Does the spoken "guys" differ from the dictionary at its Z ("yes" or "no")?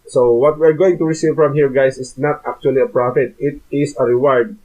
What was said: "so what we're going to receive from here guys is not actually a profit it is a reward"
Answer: yes